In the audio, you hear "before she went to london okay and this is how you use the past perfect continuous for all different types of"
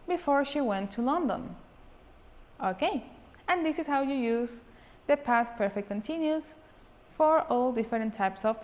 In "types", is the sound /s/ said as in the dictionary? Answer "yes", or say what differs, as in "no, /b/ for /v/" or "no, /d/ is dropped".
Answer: yes